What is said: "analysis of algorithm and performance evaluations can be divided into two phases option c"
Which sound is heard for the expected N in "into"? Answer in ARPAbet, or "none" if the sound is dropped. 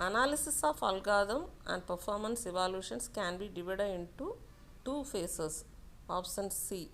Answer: N